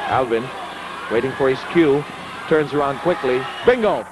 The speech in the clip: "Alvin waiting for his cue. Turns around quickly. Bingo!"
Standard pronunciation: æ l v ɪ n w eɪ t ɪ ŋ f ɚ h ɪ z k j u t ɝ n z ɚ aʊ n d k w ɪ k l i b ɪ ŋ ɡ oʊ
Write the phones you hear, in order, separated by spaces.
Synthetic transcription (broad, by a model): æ l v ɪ n w eɪ t ɪ ŋ f ɚ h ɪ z k j u t ɝ n z ɚ aʊ n d k w ɪ k l i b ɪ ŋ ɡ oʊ